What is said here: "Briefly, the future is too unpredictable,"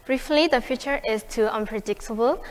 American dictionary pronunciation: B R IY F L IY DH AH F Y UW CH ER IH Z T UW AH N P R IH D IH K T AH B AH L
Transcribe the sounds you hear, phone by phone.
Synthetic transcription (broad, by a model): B R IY F L IY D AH F Y UW CH ER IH S T UW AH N P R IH D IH K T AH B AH L